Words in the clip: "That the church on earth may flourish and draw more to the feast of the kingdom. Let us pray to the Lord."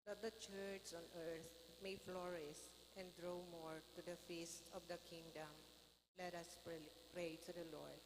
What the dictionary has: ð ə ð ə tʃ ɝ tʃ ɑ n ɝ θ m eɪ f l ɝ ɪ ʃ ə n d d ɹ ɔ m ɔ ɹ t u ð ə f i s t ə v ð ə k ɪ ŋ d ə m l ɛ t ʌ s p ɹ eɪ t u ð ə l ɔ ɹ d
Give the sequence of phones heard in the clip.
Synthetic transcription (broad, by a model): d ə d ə tʃ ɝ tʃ ɑ n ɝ t m eɪ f l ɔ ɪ s ə n d d ɹ ɔ m ɔ ɹ t u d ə f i s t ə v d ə k ɪ ŋ d ə m l ɛ t ʌ s p ɹ eɪ t u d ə l ɔ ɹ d